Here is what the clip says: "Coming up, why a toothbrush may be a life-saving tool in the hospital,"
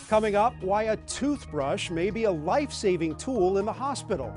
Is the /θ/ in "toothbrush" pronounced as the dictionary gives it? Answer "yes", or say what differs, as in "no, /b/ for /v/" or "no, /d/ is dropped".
yes